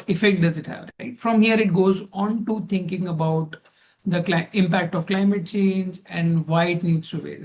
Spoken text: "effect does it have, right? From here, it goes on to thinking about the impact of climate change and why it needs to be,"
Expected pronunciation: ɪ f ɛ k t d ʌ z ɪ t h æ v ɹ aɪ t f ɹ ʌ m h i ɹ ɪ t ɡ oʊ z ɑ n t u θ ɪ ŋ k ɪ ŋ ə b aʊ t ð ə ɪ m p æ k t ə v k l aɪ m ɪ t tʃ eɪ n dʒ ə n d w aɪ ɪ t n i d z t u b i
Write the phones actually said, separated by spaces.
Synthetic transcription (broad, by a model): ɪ f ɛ k t d ʌ z ɪ t h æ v ɹ aɪ t f ɹ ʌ m h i ɹ ɪ t ɡ oʊ z ɑ n t u t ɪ ŋ k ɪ ŋ ə b aʊ t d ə ɪ m p æ k t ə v k l aɪ m ɪ t tʃ eɪ n dʒ ə n d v aɪ ɪ t n i d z t u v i